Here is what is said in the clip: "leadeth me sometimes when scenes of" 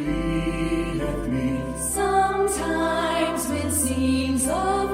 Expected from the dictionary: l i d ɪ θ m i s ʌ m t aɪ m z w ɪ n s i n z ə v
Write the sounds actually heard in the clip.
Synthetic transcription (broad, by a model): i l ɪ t m i s ʌ m t aɪ m z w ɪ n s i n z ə